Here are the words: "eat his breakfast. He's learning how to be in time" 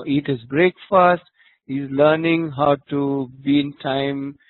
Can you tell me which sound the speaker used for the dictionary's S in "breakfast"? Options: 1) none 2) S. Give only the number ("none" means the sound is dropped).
2